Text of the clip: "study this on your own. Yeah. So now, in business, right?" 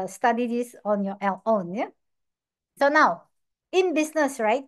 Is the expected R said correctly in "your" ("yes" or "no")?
no